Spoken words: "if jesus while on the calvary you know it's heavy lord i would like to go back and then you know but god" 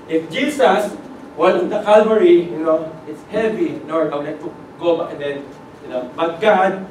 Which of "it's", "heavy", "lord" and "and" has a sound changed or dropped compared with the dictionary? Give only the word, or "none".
lord